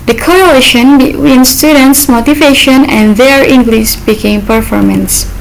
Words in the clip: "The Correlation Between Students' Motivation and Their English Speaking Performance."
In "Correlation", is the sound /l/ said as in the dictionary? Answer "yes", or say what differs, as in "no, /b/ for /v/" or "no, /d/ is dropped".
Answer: no, /l/ is dropped